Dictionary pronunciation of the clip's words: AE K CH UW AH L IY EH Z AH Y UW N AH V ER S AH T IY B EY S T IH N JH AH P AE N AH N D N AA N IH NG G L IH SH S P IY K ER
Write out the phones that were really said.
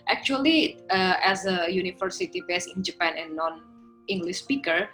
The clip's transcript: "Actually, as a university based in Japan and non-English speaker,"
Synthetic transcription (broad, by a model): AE K CH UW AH L IY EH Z AH Y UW N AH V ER S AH T IY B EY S IH N JH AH P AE N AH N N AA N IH NG G L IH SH S P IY K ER